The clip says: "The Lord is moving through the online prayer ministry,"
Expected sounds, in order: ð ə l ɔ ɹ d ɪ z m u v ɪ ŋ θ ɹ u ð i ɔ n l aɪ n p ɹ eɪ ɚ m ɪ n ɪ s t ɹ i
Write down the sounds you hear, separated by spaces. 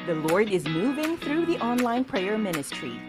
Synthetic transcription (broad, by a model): ð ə l ɔ ɹ d ɪ z m u v ɪ ŋ θ ɹ u ð i ɔ n l aɪ n p ɹ eɪ ɚ m ɪ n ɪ s t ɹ i